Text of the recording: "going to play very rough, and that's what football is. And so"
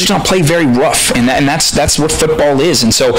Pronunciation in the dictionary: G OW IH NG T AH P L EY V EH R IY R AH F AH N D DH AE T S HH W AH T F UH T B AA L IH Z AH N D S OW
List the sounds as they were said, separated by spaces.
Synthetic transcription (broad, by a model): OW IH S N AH P L EY V EH R IY R AH F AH N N DH AE T S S W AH T F UH T B AA L IH Z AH N S OW